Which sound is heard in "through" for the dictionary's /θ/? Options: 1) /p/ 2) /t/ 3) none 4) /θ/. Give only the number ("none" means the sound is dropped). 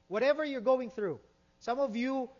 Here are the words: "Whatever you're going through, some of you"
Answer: 4